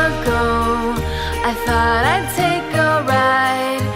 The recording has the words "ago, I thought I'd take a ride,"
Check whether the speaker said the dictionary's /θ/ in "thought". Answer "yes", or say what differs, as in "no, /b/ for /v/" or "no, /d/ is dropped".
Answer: yes